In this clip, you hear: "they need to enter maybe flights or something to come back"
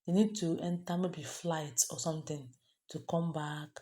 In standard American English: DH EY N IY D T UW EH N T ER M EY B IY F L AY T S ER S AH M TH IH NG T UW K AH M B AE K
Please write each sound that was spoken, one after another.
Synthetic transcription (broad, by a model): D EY N IY D T UW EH N T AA M EY B IY F L AY T S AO S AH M T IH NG T UW K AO M B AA K